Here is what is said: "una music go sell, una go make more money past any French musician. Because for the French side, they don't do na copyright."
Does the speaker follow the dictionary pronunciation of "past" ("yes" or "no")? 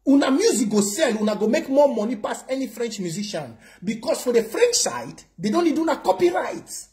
no